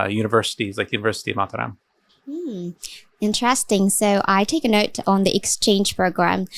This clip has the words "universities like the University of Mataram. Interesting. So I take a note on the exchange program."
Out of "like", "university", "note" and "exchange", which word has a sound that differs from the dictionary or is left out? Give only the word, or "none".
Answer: exchange